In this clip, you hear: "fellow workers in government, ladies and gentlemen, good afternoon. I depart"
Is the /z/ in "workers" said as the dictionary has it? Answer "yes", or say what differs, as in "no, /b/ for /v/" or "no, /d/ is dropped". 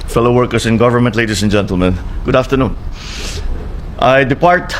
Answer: no, /s/ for /z/